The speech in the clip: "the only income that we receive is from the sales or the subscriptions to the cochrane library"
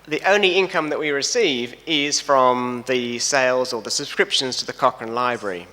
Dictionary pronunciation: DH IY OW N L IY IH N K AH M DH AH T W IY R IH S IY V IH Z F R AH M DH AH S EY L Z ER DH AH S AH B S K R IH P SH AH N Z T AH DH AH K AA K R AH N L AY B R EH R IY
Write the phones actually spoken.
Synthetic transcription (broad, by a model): DH IY OW N L IY IH N K AH M DH AH T W IY R IH S IY V IH Z F R AH M DH AH S EY L Z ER DH AH S AH B S K R IH P SH AH N Z T AH DH AH K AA K AH N L AY B R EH R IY